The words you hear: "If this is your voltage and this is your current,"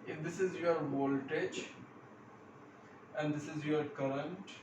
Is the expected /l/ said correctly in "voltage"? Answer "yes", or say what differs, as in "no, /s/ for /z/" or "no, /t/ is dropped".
yes